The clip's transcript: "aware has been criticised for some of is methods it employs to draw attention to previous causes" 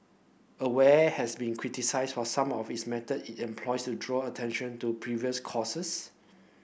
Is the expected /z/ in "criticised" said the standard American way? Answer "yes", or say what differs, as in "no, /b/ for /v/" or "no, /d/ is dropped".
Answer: no, /s/ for /z/